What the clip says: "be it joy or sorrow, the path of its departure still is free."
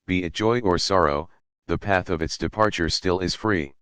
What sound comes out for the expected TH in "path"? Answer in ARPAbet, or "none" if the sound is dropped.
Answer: TH